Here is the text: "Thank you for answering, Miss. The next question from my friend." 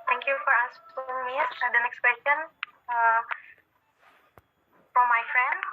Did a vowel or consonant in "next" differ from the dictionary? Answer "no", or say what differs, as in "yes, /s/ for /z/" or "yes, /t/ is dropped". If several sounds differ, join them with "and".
no